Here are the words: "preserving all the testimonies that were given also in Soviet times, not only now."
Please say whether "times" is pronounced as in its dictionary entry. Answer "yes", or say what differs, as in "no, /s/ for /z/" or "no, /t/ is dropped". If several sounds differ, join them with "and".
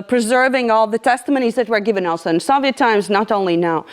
yes